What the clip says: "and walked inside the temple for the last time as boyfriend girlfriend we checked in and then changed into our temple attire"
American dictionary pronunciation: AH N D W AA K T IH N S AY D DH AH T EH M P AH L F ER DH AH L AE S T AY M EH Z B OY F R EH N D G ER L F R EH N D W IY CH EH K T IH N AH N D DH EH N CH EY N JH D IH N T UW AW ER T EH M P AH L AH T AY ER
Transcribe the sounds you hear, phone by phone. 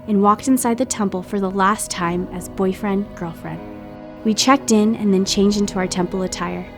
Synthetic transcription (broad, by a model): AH N W AA K T IH N S AY D DH AH T EH M P L F ER DH AH L AE S T AY M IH Z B OY F R EH N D G ER L F R EH N D W IY CH EH K T IH N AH N DH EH N CH EY N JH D IH N T UW AW ER T EH M P L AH T AY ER